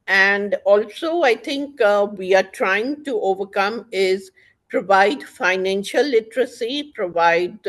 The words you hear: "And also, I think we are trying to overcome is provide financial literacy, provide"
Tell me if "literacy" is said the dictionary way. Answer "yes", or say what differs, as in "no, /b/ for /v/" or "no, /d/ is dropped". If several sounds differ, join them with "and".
yes